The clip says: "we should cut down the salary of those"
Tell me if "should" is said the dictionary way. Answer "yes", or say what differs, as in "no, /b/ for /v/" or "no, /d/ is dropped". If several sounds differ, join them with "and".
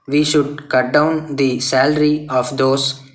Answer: yes